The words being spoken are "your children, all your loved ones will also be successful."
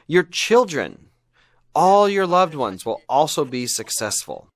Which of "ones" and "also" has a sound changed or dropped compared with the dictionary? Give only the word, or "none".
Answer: none